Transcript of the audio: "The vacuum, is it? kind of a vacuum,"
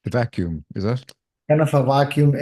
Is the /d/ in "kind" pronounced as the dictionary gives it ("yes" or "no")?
no